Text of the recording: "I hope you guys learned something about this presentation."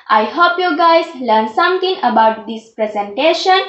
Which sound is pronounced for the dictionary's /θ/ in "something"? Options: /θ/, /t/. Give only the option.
/t/